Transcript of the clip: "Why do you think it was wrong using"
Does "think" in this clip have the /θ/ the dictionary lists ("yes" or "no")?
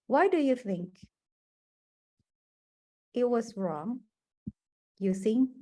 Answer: yes